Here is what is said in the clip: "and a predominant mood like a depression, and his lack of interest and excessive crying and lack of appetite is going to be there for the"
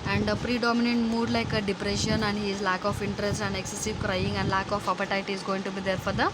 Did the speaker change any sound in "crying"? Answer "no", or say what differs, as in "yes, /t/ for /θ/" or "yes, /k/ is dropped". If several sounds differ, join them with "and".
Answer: no